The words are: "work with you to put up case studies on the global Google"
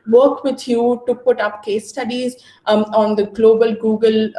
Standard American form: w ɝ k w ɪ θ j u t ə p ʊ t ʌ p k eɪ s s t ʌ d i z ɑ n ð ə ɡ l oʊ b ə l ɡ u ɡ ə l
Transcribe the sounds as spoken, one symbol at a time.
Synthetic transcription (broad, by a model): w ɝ k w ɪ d j u t ə p ʊ t ʌ p k eɪ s s t ʌ d i z ɑ n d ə ɡ l oʊ b ə l ɡ u ɡ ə l